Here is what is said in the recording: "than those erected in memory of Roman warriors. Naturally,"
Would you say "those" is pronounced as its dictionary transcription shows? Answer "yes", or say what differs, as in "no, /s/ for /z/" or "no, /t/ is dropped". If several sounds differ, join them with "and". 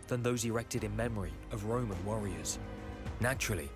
yes